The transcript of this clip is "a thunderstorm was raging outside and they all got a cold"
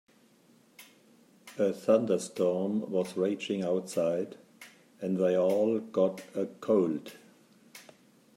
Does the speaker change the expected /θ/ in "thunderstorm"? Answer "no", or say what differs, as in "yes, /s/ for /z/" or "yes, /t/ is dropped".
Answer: no